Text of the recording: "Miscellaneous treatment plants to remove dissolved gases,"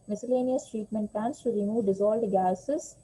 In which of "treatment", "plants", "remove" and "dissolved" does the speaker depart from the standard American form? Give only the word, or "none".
dissolved